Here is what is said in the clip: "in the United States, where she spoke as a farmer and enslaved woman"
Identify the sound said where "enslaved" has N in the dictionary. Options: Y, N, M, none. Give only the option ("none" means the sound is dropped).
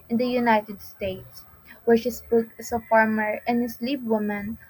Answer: none